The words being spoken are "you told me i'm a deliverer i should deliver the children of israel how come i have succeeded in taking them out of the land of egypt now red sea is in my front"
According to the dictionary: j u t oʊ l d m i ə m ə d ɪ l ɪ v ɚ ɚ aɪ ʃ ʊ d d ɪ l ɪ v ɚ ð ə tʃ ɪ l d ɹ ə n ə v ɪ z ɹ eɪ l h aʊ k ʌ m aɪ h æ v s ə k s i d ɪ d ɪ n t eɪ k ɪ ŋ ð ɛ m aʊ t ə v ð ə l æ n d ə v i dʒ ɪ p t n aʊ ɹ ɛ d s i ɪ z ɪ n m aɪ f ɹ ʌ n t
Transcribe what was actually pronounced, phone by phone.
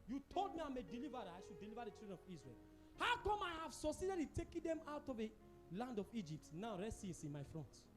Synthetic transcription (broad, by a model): j u t oʊ l d m i ə m ə d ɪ l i v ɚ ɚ aɪ ʃ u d d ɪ l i v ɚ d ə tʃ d ɹ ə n ə v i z ɹ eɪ l h aʊ k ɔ m aɪ h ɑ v s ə s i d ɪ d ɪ t eɪ k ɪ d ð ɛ m aʊ t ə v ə l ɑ n d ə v i dʒ ɪ p t n aʊ ɹ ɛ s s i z ɪ n m aɪ f ɹ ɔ n t